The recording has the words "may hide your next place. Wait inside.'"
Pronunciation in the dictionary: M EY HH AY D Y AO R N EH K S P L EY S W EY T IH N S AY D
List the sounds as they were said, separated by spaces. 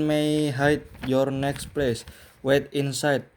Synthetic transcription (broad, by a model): M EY HH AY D Y AO R N EH K S P L EY S W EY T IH N S AY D